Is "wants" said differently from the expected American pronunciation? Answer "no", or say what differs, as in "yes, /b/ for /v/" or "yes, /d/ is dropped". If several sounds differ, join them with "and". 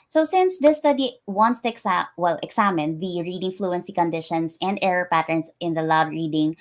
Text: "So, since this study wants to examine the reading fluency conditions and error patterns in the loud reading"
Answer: no